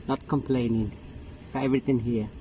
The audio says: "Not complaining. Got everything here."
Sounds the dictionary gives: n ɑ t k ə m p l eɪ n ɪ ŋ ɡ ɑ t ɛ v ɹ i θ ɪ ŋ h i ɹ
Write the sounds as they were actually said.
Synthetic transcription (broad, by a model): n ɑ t k ə m p l eɪ n ɪ ŋ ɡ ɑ ɛ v ɹ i t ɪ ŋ h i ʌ